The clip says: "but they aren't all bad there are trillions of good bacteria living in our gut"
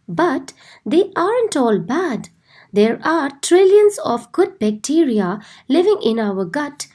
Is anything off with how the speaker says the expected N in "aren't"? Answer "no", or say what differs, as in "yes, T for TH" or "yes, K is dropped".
no